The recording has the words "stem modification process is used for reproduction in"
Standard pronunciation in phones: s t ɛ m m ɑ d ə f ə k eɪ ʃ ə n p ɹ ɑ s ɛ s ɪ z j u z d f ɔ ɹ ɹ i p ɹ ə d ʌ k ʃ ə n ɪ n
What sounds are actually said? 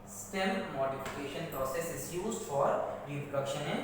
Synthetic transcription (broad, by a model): s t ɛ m m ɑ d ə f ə k eɪ ʃ ə n p ɹ ɑ s ɛ s ɪ z j u z d f ɔ ɹ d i ɹ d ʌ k ʃ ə n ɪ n